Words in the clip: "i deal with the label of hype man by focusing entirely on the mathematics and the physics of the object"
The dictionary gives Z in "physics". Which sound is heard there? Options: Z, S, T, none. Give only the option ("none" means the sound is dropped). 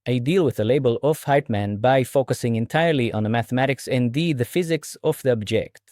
Z